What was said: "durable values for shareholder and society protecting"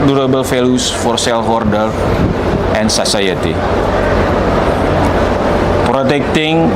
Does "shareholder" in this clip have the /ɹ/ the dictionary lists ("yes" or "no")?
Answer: no